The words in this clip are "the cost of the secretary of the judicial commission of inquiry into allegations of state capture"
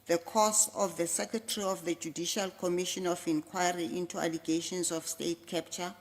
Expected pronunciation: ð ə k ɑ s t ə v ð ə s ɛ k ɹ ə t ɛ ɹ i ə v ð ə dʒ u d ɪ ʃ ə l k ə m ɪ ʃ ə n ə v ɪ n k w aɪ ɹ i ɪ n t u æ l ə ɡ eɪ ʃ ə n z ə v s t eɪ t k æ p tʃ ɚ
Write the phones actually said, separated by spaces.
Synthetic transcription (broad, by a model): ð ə k ɑ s ə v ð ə s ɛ k ɹ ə t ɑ ɹ i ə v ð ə dʒ u d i ʃ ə l k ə m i ʃ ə n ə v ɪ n k w aɪ ɹ i ɪ n t u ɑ l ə ɡ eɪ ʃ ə n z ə f s t eɪ t k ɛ p tʃ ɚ